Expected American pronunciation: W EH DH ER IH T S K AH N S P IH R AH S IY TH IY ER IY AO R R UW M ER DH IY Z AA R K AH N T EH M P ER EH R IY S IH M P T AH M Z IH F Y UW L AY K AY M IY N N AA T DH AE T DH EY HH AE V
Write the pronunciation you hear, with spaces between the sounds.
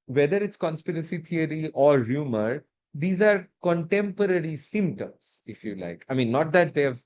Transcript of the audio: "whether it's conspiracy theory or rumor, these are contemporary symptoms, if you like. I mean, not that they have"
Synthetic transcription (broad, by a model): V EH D ER IH T S K AH N S P IH R AH S IY T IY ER IY AO R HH UW M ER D IY Z AA R K AH N T EH M P ER EH R IY S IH M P T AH M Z IH F Y UW L AY K AY M IY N N AA T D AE T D EY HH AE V